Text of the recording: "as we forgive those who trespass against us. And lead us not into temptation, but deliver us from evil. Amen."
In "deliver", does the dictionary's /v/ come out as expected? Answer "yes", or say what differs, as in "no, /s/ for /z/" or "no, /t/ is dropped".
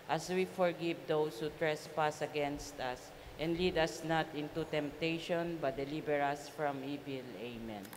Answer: no, /b/ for /v/